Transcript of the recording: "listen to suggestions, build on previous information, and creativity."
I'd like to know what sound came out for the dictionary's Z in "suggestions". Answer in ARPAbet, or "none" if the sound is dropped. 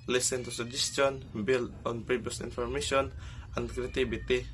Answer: none